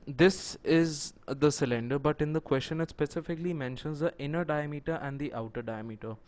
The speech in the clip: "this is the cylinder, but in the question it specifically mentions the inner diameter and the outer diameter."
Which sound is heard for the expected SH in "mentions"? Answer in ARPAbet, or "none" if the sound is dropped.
SH